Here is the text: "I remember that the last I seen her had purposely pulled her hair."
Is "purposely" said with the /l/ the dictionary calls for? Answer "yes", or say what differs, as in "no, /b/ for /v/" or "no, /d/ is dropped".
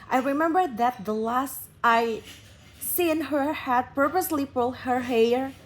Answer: yes